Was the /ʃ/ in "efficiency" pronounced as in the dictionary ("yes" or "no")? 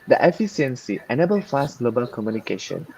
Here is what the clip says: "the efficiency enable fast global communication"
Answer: no